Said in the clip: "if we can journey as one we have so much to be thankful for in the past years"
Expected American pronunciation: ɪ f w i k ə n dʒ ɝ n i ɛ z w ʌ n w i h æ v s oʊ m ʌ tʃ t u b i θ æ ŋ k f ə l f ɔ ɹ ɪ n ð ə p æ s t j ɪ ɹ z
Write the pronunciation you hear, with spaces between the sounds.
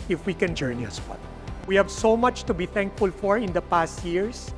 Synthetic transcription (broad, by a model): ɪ f w i k ə n dʒ ɝ n i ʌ s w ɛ l w i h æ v s oʊ m ʌ tʃ t u b i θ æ ŋ k f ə l f ɔ ɹ ɪ n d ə p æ s t j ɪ ɹ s